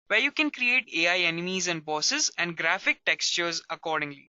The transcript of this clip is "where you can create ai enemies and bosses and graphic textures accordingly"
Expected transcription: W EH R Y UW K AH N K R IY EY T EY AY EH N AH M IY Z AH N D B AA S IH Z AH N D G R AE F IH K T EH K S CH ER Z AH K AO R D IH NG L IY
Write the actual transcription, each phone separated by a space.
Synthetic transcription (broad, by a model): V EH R Y UW K AH N K R IY EY T EY AY EH N AH M IY Z AH N D B AA S IH Z AH N D G R AE F IH K T EH K S CH ER Z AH K AO R D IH NG L IY